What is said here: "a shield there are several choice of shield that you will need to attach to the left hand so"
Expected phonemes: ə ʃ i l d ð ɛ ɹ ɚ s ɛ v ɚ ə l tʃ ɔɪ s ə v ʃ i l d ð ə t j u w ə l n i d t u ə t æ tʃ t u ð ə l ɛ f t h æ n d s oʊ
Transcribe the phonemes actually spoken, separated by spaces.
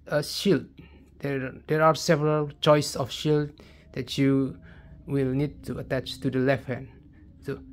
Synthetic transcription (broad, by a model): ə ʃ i l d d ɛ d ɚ s ɛ v ɚ ə l tʃ ɔɪ s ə f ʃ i l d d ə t j u w ə l n i d t u ə t æ tʃ t u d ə l ɛ f t h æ n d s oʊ